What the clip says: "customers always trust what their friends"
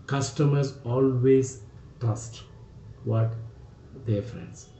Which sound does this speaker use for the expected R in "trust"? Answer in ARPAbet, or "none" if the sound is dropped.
none